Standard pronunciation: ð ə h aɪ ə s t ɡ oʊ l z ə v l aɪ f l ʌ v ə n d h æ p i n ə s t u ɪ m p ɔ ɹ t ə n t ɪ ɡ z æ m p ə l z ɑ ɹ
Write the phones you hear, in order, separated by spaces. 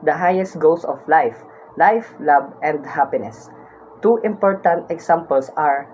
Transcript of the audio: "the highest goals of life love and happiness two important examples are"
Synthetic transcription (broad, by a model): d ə h aɪ ə s t ɡ oʊ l s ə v l aɪ f l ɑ b ə n d h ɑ p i n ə s t u ɪ m p ɔ ɹ t ə n t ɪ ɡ s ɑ m p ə l s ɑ ɹ